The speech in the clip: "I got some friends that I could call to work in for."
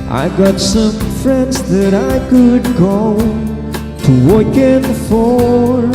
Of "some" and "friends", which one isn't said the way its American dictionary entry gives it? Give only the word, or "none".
none